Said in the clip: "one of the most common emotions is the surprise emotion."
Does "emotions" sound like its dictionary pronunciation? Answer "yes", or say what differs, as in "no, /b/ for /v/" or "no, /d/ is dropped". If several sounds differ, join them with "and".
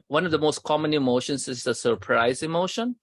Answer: no, /s/ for /z/